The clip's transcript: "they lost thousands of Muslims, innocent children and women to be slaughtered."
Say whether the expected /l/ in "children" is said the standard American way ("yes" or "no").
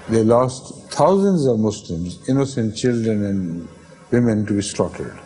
yes